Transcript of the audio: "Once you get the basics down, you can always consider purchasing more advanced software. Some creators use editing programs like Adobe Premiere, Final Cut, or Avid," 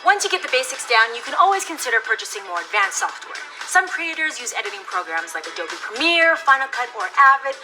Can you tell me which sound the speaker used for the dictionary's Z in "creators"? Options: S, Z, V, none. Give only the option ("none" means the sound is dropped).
Z